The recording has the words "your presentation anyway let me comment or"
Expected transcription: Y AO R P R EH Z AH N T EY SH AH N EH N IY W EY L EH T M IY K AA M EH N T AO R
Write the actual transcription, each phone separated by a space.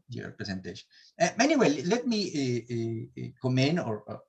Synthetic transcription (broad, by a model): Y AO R P R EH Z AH N T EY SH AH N EH N IY W EY L EH T M IY K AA M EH N AO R